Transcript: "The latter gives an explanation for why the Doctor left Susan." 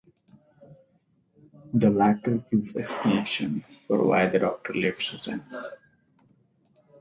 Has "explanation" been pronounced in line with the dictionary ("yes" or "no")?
no